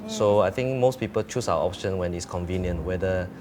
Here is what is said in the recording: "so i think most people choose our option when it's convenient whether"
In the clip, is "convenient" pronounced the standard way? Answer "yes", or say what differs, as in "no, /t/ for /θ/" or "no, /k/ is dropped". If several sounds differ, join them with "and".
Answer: yes